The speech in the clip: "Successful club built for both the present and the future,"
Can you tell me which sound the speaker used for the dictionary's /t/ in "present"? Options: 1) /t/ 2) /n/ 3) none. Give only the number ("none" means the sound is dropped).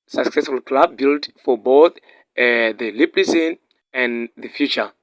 3